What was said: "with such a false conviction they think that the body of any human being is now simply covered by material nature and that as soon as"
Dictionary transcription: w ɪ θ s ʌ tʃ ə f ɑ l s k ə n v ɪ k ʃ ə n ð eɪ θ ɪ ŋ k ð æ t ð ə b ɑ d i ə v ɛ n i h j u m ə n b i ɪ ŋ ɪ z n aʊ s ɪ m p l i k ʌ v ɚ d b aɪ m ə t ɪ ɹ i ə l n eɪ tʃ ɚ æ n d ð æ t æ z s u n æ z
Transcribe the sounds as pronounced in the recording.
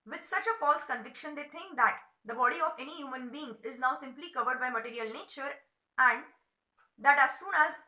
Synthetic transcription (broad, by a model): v ɪ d s ʌ tʃ ə f ɑ l s k ə n v ɪ k ʃ ə n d eɪ t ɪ ŋ k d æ t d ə b ɑ d i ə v ɛ n i h j u m ə n b i ɪ ŋ ɪ z n aʊ s ɪ m p l i k ʌ v ɚ d b aɪ m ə t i ɹ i ə l n eɪ tʃ ɚ æ n d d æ t æ z s u n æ z